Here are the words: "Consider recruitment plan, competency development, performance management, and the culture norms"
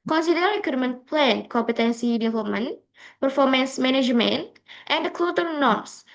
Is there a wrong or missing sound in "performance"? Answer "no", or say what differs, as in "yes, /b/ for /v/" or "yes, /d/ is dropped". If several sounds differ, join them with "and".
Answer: no